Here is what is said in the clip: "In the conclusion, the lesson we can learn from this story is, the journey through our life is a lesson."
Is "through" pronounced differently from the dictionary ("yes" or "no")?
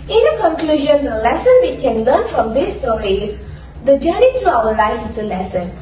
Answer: yes